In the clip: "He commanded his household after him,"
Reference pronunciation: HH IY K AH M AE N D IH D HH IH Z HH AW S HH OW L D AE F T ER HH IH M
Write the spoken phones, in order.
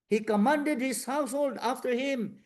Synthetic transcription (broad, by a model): HH IY K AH M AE N D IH D HH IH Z HH AW S HH OW L D AE F T ER HH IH M